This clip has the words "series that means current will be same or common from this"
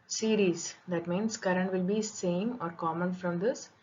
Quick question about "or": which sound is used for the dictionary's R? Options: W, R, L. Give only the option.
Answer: R